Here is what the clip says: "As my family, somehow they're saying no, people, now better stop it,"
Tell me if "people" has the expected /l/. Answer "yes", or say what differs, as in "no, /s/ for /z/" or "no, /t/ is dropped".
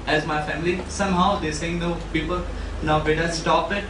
yes